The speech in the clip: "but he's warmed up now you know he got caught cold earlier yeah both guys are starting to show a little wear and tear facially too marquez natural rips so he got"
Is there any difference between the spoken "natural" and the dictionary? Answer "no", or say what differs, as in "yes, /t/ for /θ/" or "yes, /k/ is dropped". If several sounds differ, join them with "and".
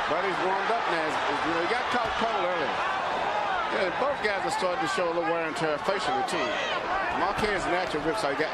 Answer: yes, /ɹ/ is dropped